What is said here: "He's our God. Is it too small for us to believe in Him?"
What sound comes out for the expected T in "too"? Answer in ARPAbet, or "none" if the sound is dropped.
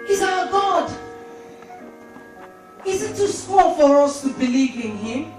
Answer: T